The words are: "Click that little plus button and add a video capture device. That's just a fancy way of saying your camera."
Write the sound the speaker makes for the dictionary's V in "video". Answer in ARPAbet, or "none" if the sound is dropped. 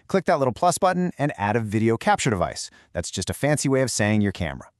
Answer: V